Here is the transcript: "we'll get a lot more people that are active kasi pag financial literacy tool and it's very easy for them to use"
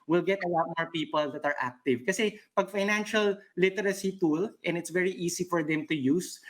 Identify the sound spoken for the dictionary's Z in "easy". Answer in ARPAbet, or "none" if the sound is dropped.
S